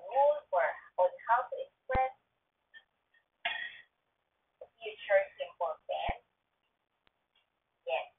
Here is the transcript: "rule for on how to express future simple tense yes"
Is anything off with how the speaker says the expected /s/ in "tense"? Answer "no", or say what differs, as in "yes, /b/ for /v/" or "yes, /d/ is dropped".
yes, /s/ is dropped